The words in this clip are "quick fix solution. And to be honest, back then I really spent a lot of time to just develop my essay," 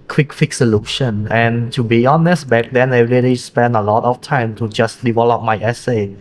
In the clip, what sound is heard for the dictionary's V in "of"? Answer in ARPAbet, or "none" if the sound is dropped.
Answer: F